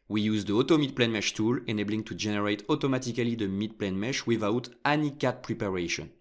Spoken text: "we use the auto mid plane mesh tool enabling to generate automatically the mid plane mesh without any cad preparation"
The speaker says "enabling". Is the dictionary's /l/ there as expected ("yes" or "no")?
yes